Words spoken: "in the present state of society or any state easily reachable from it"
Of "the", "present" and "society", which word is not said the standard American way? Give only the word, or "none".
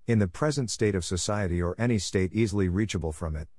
none